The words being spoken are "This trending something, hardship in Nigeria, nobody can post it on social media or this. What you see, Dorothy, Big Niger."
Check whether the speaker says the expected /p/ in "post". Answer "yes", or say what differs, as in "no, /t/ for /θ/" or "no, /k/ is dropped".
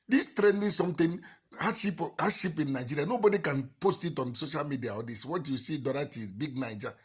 yes